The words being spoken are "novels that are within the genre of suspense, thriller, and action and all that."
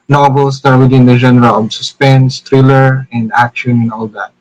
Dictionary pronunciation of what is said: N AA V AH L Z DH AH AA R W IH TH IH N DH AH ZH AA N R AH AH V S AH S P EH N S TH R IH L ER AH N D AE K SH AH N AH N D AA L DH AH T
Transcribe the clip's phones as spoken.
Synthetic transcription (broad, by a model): N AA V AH L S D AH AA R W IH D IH N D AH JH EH N R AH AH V S AH S P EH N S T R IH L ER AH N D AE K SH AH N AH N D AA L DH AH T